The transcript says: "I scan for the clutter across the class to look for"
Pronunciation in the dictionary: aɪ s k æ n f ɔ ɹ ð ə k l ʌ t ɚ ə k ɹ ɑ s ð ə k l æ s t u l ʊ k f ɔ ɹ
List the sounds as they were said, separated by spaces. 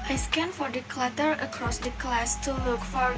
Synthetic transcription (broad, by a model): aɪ s k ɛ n f ɔ ɹ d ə k l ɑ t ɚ ə k ɹ ɑ s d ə k l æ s t u l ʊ k f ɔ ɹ